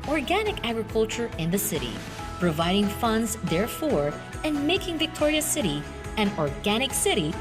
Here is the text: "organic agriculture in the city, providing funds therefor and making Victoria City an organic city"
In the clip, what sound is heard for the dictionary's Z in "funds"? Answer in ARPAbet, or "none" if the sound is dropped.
Z